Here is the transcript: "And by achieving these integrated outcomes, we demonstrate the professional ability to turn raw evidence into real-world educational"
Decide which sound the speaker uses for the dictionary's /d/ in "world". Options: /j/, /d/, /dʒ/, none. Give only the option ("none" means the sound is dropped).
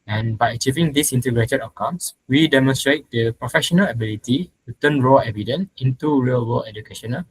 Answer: none